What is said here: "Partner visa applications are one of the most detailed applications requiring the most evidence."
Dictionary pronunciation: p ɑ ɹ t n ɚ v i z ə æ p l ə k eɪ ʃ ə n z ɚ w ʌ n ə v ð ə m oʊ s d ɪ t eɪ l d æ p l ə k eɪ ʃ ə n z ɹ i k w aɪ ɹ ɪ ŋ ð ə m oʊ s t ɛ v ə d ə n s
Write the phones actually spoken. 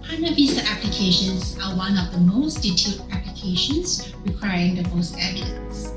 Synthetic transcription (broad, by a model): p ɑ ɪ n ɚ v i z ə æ p l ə k eɪ ʃ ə n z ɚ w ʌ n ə p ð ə m oʊ s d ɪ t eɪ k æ p l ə k eɪ ʃ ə n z ɹ i k w aɪ ɹ ɪ ŋ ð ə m oʊ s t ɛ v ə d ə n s